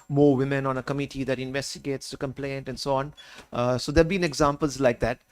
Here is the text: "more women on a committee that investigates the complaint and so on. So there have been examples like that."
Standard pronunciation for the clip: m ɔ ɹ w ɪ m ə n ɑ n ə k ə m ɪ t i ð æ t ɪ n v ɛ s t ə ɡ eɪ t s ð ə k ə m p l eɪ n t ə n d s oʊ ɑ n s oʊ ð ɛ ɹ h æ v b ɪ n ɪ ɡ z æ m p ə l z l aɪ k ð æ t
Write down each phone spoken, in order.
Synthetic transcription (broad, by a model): m ɔ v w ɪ m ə n ɑ n ə k ə m ɪ t i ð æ t ɪ n v ɛ s t ə ɡ eɪ t s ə k ə m p l eɪ n t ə n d s oʊ ɑ n s oʊ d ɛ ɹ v b ɪ n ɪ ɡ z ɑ m p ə l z l aɪ k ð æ t